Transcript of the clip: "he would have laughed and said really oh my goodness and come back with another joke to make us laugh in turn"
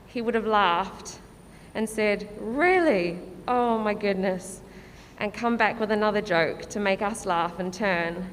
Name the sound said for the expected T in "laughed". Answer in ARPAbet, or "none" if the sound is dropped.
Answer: T